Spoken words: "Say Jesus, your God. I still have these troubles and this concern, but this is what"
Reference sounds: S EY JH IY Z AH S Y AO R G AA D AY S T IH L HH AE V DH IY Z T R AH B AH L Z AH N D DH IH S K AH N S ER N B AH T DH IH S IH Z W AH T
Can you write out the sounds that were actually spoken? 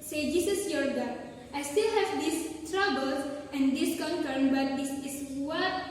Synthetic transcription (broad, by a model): S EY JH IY S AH S Y AO R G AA AY S T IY L HH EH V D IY S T R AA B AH L S AH N D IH S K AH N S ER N B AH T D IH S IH S W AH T